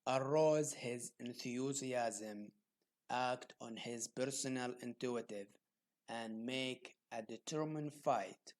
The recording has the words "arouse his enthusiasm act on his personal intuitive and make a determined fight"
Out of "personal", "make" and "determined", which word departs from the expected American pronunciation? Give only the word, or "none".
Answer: none